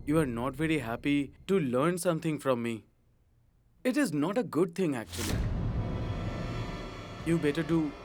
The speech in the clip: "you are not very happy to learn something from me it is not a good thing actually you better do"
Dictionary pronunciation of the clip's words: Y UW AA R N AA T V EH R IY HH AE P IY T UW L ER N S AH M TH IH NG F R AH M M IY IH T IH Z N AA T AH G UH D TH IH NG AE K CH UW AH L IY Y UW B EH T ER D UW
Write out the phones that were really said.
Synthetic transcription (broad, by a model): Y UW AA R N AA T V EH R IY HH AE P IY T UW L ER N S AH M T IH NG F R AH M M IY IH T IH Z N AA T AH G UH D T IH NG AE K CH UW AH L IY Y UW B EH T ER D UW